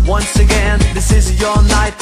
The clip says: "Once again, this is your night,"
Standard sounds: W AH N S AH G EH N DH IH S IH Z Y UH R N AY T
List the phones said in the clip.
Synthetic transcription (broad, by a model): W AH N S AH G EH N DH IH S IH Z Y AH R N AY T